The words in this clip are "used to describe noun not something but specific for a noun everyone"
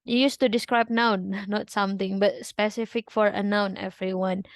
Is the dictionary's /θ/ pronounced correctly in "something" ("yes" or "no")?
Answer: no